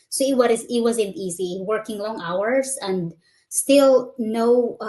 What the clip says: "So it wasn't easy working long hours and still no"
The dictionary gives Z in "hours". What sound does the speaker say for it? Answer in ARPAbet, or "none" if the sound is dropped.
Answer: S